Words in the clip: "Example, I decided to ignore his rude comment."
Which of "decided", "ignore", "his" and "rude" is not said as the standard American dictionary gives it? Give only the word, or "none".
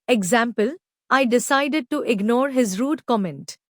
none